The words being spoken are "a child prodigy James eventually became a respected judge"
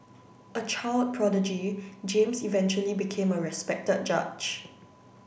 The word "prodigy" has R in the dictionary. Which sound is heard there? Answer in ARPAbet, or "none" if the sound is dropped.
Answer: R